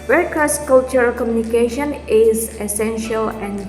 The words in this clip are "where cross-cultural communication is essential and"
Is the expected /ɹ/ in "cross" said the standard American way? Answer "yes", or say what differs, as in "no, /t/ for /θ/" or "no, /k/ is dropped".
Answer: no, /ɹ/ is dropped